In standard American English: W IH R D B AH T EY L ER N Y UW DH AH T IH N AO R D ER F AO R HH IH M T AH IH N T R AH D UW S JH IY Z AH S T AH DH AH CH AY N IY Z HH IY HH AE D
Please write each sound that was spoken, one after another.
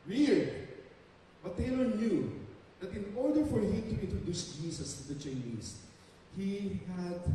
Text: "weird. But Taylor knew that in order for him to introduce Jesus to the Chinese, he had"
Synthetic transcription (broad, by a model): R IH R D B AH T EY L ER N Y UW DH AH T IH N AO R D ER F AO R HH IH M T AH IH N T R AH D UW S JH IY S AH S T AH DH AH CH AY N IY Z HH IY HH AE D